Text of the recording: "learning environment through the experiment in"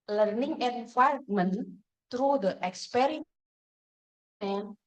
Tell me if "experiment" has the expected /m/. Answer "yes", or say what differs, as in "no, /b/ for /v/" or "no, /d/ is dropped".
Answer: no, /m/ is dropped